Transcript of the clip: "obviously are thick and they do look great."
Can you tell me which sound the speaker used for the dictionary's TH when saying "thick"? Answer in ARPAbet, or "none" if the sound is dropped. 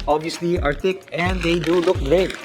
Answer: T